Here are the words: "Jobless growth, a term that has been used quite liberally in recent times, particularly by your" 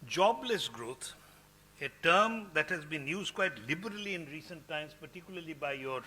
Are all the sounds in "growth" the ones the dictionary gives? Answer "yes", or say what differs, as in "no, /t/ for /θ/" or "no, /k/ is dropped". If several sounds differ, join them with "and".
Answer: no, /t/ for /θ/